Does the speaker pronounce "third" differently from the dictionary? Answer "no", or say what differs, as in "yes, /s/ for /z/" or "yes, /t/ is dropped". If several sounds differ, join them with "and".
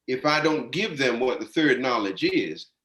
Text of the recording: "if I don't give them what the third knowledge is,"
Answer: no